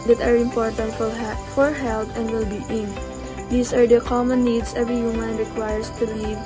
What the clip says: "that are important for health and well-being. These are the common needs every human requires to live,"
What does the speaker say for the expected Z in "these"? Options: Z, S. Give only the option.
S